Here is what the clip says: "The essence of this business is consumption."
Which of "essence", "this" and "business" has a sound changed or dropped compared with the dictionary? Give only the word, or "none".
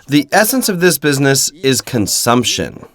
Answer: none